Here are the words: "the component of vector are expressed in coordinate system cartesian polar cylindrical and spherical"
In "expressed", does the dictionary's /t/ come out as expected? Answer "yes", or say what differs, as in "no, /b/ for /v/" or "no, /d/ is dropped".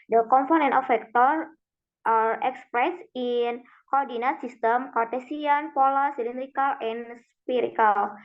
no, /t/ is dropped